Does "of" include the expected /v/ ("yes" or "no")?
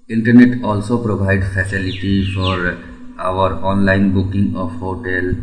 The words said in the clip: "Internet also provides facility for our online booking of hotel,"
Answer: no